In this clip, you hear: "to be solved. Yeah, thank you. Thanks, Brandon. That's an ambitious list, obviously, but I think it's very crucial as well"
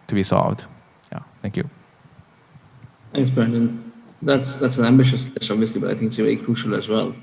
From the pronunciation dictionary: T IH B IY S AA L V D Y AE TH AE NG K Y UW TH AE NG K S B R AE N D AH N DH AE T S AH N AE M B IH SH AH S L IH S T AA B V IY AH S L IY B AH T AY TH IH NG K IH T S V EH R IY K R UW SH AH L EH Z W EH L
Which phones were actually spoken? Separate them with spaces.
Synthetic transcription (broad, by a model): T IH B IY S AA L V D Y AE TH AE NG K Y UW TH AE NG K S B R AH N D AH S DH AE T S AH N AE M B IH SH AH S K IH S AA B V IY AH S L IY B AH T AY TH IH NG K IH T S V EH R IY K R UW SH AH L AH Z W EH L